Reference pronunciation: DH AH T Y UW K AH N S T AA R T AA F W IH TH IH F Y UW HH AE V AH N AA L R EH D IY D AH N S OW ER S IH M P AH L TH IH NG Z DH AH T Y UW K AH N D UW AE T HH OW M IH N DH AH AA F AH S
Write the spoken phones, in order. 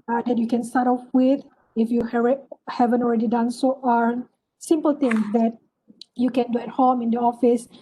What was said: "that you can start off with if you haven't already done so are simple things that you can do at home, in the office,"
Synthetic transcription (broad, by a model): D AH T Y UW K AH N S T AA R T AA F W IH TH IH F Y UW HH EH V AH N AA L R EH D IY D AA N S OW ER S IH M P AH L T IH NG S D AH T Y UW K AH N D UW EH T HH OW M IH N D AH AA F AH S